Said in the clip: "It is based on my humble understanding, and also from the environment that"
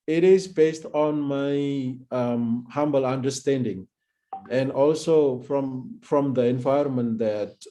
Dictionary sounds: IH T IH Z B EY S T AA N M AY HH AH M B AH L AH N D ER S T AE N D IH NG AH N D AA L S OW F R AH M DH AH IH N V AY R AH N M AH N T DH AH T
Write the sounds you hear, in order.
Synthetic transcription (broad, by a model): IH T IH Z B EY S T AA N M AY HH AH M B AH L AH N D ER S T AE N D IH NG AH N D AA L S OW F R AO M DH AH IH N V AY AH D M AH N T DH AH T